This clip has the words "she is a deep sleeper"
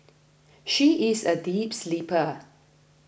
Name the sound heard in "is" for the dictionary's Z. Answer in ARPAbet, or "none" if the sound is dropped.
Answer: Z